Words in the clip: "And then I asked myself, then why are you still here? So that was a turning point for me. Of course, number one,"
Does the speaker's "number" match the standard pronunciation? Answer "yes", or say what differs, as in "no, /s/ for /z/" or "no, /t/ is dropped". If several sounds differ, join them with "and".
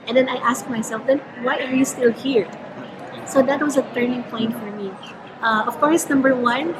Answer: yes